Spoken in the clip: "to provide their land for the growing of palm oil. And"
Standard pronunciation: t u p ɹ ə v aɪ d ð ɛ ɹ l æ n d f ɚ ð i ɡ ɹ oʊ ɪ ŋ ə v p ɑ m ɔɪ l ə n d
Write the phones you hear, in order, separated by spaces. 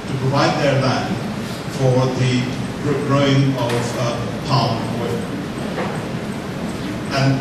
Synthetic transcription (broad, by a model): t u p ɹ ə v aɪ d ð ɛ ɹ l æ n f ɚ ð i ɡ ɹ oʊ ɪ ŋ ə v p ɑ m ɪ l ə n